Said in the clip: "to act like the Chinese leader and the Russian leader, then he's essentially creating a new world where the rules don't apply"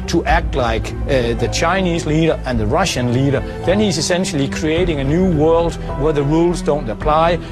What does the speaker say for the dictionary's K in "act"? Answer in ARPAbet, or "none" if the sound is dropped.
K